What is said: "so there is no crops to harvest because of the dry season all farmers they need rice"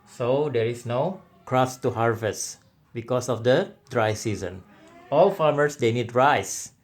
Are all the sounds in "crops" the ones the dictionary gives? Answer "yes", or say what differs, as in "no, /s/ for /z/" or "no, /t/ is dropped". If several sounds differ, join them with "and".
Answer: no, /p/ is dropped